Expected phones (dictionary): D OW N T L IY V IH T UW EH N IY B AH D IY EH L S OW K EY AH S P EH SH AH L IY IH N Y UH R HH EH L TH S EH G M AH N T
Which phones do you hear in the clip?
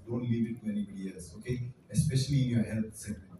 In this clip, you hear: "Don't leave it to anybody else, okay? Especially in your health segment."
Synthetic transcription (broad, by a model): D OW N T L IY V IH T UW EH N IY B AH D IY EH L S OW K EY AH S P EH SH AH L IY IH N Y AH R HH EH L T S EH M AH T